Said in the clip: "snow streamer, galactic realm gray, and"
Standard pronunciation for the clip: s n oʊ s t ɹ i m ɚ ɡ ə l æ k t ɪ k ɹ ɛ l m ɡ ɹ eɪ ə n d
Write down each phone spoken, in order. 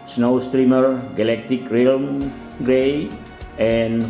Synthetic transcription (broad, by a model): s n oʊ s t ɹ i m ɚ ɡ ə l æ k t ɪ k ɹ ɛ l m ɡ ɹ eɪ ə n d